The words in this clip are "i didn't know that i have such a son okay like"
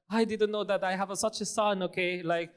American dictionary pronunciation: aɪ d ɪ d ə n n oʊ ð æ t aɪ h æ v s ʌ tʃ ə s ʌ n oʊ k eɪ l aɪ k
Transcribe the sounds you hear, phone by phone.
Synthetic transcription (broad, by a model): aɪ d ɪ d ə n n oʊ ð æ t aɪ h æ v s ʌ tʃ ə s ʌ n oʊ k eɪ l aɪ k